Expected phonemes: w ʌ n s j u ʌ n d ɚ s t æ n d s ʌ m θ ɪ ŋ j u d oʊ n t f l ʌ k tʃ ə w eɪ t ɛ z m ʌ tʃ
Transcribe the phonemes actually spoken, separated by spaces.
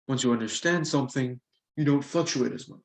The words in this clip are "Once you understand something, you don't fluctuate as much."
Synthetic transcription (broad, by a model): w ʌ n s j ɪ ʌ n d ɚ s t æ n d s ʌ m θ ɪ ŋ j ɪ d oʊ n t f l ʌ k tʃ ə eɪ t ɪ z m ʌ tʃ